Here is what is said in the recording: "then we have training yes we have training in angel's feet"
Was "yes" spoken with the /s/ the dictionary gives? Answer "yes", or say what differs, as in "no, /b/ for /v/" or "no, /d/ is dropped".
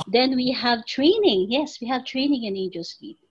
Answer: yes